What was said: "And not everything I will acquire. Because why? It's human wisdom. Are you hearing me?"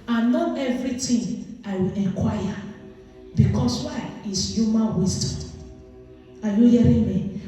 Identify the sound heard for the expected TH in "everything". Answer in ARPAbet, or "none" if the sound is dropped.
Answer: T